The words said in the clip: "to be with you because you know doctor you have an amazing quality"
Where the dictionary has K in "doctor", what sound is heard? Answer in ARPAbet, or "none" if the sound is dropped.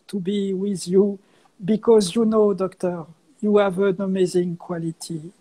K